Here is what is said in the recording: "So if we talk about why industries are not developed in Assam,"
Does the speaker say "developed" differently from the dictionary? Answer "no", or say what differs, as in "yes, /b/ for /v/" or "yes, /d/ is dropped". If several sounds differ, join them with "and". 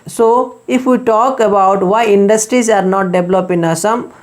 yes, /t/ is dropped